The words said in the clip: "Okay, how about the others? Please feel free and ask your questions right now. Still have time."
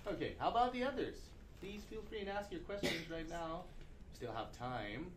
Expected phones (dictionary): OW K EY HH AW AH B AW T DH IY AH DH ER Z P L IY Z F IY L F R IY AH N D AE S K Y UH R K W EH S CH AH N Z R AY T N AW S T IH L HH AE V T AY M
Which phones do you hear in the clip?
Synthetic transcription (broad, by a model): OW K EY HH AW AH B AW T DH IY AH DH ER Z P L IY Z F IY L F R IY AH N AE S K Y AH R K W EH S CH AH N Z R AY T N AW S T IH L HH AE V T AY M